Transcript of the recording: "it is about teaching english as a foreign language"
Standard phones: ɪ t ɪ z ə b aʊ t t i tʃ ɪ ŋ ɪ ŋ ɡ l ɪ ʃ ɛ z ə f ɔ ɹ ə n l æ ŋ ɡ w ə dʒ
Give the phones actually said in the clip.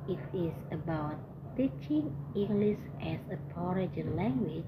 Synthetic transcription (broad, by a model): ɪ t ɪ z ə b aʊ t t i tʃ ɪ ŋ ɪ ŋ ɡ l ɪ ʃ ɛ s ə p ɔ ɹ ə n l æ ŋ ɡ w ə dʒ